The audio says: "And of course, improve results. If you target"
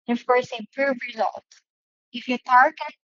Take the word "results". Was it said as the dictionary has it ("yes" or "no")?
no